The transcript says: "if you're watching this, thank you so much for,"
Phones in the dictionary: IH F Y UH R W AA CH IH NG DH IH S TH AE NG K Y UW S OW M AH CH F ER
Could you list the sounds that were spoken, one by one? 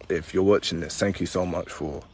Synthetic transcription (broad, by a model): IH F Y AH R W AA CH IH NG DH IH S TH AE NG K Y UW S OW M AH CH F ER